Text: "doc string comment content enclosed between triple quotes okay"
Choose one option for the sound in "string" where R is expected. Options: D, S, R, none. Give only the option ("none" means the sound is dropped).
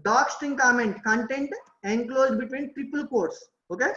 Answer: none